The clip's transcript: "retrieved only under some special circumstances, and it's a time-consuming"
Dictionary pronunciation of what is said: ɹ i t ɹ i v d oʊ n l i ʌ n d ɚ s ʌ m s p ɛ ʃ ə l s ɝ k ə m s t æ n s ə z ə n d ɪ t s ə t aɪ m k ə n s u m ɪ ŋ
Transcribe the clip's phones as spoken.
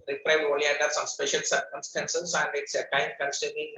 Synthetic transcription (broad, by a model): ɹ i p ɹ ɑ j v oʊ l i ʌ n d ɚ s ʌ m s p ɛ ʃ ə l s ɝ k ə m s t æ n s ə s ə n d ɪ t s ə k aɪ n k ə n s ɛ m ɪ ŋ